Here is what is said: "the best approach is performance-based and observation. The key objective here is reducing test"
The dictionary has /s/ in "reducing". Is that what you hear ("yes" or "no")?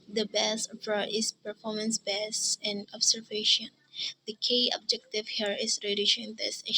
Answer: no